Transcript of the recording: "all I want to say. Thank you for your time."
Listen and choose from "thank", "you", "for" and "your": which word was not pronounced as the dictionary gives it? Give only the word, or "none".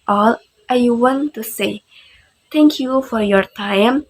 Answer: thank